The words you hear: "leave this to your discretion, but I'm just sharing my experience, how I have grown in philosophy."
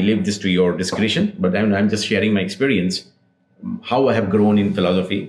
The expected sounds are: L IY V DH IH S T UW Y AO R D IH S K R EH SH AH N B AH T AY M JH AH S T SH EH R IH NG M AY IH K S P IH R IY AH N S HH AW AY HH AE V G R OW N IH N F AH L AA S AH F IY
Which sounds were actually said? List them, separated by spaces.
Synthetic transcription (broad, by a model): L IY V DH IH S T UW Y AO R D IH S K R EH SH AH N B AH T AY M JH AH S T SH EH R IH NG M AY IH K S P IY R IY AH N S HH AW AY HH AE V G R OW N IH N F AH L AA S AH F IY